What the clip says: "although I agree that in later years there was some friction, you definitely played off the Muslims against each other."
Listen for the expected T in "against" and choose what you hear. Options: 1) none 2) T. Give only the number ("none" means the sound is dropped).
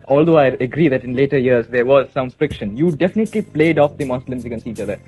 1